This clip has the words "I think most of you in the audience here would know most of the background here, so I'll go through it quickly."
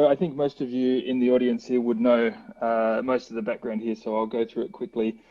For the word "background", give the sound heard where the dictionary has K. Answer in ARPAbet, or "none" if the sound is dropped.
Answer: K